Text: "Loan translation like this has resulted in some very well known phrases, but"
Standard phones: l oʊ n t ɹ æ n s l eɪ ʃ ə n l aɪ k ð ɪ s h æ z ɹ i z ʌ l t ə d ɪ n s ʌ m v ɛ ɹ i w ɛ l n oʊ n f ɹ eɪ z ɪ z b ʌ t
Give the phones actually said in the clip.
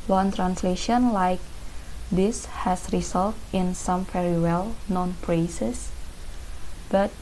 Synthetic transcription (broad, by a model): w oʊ n t ɹ æ n s l eɪ ʃ ə n l aɪ k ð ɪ s h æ s ɹ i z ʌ l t ɪ n s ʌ m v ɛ ɹ i w ɛ l n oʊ n p ɹ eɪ s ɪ s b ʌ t